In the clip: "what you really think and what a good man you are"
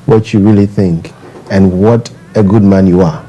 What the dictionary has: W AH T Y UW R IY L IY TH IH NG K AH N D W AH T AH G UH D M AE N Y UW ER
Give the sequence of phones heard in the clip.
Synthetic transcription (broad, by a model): W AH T Y UW R IY L IY TH IH NG K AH N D W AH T AH G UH D M AE N Y UW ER